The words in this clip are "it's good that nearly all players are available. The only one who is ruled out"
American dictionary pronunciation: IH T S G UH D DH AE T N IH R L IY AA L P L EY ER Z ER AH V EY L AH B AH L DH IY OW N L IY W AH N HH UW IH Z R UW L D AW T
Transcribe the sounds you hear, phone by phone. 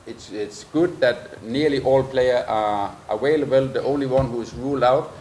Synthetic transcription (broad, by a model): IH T S G UH D DH AE T N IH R L IY AA L P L EY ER ER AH W EY L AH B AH L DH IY OW N L IY W AH N HH UW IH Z R UW L D AW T